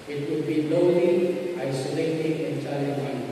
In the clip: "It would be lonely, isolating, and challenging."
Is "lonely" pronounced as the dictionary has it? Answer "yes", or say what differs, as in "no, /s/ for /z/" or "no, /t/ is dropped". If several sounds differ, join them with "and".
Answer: no, /n/ is dropped